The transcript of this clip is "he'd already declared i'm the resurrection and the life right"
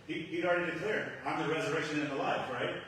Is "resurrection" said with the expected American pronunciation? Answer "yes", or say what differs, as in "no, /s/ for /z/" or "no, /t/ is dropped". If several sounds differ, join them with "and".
yes